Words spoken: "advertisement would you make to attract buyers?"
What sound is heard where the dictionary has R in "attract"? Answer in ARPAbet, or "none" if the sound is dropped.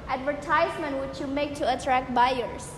R